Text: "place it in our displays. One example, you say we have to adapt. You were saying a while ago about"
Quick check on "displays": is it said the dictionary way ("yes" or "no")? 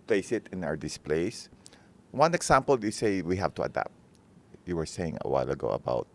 no